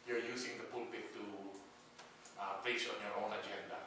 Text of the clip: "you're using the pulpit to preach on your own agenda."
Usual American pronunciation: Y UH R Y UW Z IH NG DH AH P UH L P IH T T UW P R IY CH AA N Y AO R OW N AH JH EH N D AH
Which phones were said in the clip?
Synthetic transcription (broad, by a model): Y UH R Y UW S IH NG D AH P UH L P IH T T UW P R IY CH AA N Y AO R OW N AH JH EH N D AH